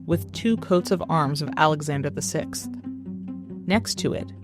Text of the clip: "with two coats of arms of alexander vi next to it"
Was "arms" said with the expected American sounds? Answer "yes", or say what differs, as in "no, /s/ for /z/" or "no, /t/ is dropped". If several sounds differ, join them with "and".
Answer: yes